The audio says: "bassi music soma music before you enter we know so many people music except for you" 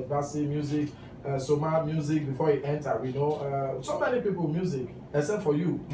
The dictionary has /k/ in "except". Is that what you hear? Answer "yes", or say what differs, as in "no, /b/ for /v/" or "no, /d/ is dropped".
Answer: no, /k/ is dropped